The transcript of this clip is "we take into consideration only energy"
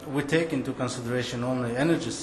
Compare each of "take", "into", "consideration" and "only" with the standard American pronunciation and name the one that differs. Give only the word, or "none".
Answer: none